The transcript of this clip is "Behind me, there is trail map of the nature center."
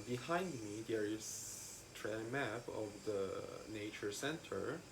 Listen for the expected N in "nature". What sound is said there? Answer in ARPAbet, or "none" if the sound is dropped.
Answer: N